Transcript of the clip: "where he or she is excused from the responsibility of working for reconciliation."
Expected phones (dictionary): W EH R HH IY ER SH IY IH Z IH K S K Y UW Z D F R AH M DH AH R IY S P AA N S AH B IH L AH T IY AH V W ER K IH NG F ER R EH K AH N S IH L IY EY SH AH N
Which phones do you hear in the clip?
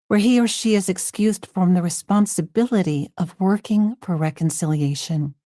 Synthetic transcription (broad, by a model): W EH R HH IY ER SH IY IH Z IH K S K Y UW Z D F R AH M DH AH R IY S P AA N S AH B IH L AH T IY AH V W ER K IH NG F ER R EH K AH N S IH L IY EY SH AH N